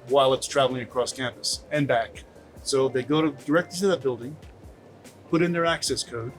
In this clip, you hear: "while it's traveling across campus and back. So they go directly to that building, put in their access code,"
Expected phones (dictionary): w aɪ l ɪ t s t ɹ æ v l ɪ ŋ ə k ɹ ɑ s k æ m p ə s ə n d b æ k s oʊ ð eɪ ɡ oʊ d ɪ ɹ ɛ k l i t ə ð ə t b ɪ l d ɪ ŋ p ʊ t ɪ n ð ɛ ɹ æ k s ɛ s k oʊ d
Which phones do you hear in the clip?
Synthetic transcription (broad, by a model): w aɪ l ɪ t s t ɹ æ v l ɪ ŋ ə k ɹ ɑ s k æ m p ə s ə n b æ k s oʊ ð eɪ ɡ oʊ d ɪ ɹ ɛ k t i s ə ð ə t b ɪ l d ɪ ŋ p ʊ t ɪ n ð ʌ ɹ æ k s ɛ s k oʊ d